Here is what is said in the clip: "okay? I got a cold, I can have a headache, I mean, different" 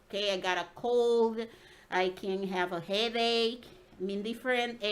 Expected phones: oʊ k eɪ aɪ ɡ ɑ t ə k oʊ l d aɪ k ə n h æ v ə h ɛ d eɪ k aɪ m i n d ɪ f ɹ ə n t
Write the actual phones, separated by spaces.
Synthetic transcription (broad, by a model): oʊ k eɪ aɪ ɡ ɑ t ə k oʊ l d aɪ k ə n h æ v ə h ɛ d eɪ k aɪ m i n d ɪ f ɹ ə n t